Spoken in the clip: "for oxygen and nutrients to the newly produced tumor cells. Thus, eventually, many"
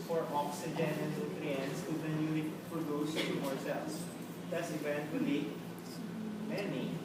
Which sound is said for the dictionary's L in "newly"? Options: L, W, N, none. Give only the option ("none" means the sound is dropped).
none